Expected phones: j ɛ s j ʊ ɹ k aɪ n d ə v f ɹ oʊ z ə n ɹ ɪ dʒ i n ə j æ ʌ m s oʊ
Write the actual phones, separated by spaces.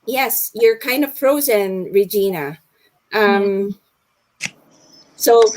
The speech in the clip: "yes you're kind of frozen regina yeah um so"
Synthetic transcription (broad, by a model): j ɛ s j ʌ ɹ k aɪ n d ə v f ɹ oʊ z ə n ɹ ɪ dʒ i n ə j ʌ m s oʊ